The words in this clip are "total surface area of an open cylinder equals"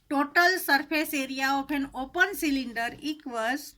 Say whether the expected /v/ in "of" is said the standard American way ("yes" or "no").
no